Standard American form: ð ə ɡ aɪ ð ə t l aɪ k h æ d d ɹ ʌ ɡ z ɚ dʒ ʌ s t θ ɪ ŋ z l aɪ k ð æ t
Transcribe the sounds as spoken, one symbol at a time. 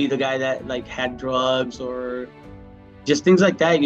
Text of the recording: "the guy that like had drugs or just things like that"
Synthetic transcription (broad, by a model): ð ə ɡ aɪ ð ə t l aɪ k h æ d d ɹ ʌ ɡ z ɚ dʒ ʌ s t θ ɪ ŋ z l aɪ k ð æ t